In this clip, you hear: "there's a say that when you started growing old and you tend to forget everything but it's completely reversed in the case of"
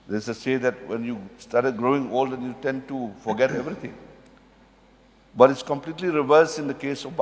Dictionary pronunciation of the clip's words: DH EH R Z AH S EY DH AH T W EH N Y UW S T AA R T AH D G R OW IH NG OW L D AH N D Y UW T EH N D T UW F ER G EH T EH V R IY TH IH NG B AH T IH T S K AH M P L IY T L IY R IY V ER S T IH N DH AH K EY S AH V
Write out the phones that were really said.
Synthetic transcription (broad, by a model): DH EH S AH S EY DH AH T W EH N Y UW S T AA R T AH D G R OW IH NG OW L D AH N Y UW T EH N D T UW F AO G EH T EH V R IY T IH NG B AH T IH T S K AH M P L IY T L IY R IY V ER S IH N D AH K EY S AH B